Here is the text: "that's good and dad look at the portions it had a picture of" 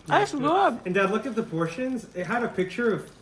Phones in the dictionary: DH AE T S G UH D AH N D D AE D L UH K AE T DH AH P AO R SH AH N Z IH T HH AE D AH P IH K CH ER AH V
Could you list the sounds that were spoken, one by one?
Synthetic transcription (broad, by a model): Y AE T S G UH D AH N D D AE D L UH K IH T DH AH P AO R SH AH N Z IH T HH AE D AH P IH K CH ER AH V